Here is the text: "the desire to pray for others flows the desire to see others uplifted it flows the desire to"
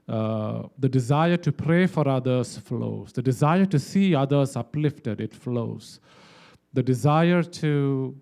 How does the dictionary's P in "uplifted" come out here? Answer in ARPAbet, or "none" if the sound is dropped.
P